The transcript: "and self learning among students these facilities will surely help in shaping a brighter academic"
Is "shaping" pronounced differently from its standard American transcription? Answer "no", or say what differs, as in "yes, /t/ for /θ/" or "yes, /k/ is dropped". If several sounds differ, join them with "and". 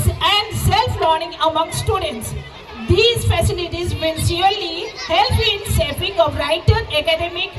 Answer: yes, /s/ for /ʃ/